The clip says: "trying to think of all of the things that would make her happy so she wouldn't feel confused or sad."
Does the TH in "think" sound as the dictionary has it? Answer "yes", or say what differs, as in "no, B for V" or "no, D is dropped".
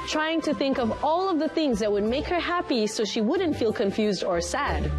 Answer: yes